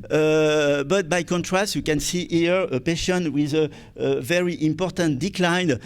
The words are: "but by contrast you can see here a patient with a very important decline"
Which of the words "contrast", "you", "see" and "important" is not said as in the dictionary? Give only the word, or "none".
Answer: none